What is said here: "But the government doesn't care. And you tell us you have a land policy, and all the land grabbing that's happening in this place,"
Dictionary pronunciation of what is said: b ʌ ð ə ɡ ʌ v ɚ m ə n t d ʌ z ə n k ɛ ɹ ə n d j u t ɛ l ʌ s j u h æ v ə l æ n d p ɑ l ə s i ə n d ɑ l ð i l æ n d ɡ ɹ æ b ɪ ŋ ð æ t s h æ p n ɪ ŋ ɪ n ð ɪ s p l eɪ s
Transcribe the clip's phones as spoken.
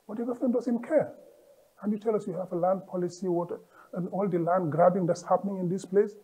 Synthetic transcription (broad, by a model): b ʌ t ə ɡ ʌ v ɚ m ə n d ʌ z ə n k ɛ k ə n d j u t ɛ l ʌ s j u h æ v ə l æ n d p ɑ l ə s i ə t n ɑ l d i l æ n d ɡ ɹ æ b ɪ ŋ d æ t s h æ p n ɪ ŋ ɪ n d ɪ s p l eɪ s